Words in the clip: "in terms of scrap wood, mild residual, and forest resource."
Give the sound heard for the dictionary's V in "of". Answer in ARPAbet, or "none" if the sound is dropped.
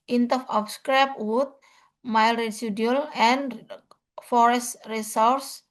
P